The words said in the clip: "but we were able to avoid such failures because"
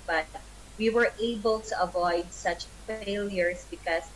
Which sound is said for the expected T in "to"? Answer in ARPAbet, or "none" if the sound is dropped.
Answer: T